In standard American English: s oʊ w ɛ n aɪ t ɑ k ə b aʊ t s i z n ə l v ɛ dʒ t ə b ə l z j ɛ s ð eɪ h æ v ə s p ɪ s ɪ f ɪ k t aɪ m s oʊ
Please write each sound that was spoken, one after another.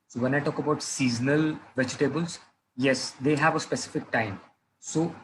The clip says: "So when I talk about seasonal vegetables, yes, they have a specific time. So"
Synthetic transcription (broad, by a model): s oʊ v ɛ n aɪ t ɑ k ə b aʊ t s i z n ə l v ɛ dʒ t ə b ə l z j ɛ s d eɪ h æ v ə s p ɪ s ɪ f ɪ k t aɪ m s oʊ